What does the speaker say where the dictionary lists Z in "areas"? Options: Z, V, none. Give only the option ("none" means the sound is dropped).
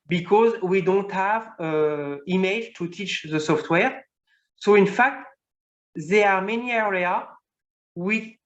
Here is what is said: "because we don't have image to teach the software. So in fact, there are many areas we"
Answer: none